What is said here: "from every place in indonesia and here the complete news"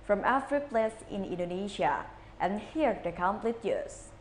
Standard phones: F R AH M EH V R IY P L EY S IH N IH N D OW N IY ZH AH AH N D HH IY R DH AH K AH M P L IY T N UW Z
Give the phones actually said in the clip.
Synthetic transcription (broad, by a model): F R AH M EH F R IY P L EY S IH N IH N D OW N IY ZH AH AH N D HH IY R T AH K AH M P L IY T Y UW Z